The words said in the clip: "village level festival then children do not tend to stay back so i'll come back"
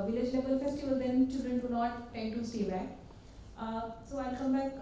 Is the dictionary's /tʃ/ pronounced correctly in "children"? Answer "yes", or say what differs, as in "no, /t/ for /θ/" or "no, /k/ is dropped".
yes